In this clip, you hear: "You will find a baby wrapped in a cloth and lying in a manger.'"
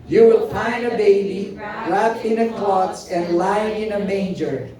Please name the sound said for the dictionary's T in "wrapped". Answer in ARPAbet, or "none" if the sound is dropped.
none